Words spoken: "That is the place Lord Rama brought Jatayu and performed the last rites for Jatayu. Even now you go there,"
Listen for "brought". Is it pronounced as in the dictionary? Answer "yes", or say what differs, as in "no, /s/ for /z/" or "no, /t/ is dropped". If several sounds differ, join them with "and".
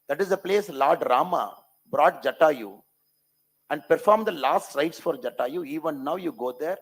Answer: yes